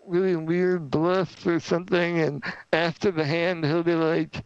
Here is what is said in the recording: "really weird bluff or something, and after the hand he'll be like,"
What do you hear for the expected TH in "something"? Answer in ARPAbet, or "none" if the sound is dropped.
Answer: TH